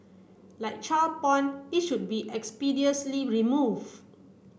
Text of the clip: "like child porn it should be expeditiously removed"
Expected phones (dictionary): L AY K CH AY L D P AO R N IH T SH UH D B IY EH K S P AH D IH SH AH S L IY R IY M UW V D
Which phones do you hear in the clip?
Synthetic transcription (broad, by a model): L AY K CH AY L P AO N IH T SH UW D B IY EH K S P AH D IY AH S L IY R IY M UW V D